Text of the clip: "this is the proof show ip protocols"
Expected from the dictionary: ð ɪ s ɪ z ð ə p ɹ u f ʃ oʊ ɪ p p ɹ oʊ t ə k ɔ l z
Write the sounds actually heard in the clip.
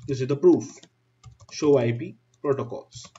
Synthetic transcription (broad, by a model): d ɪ s ɪ z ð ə p ɹ u f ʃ oʊ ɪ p p ɹ oʊ t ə k ɔ l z